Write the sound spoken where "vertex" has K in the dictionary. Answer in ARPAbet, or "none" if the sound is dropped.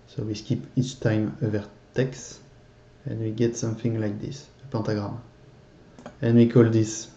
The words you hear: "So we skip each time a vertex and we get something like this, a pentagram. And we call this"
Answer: K